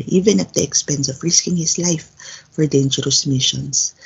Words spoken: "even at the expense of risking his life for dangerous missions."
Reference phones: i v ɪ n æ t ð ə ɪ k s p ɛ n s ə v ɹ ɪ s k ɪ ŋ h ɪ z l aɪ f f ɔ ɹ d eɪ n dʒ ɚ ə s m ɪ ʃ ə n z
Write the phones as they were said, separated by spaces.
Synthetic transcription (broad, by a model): i v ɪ n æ t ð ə ɪ k s p ɛ n s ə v ɹ ɪ s k ɪ ŋ h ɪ s l aɪ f f ɔ ɹ d eɪ n dʒ ɚ ə s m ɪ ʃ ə n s